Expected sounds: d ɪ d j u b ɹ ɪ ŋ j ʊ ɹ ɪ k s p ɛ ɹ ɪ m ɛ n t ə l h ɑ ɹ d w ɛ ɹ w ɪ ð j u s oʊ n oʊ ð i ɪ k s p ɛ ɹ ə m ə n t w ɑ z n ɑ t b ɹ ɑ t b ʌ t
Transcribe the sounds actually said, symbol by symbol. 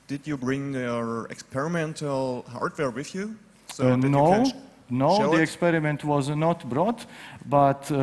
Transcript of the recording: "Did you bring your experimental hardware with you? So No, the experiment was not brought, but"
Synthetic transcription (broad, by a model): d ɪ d j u b ɹ ɪ ŋ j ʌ ɹ ɪ k s p ɛ ɹ ɪ m ɛ n t ə l h ɑ ɹ d w ɛ ɹ w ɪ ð j u s oʊ n oʊ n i ɪ k s p ɛ ɹ ə m ə n t w ɑ z n ɑ t b ɹ ɑ t b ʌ t